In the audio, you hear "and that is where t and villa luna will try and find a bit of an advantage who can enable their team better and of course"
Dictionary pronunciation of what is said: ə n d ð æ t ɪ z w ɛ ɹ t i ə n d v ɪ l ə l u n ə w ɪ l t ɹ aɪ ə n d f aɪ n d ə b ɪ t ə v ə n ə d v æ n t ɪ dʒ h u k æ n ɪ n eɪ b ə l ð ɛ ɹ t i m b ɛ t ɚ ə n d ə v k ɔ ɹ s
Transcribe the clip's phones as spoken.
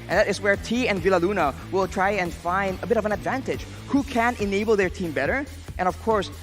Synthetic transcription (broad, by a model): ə n ð æ t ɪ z w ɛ ɹ t i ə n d v ɪ l ə l u n ə w ɪ l t ɹ aɪ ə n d f aɪ n d ə b ɪ t ə v ə n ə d v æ n t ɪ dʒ h u k æ n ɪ n eɪ b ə l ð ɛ ɹ t i m b ɛ t ɚ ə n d ə v k ɔ ɹ s